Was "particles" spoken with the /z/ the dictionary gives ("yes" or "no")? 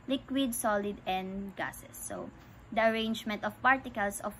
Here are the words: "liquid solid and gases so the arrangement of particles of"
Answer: no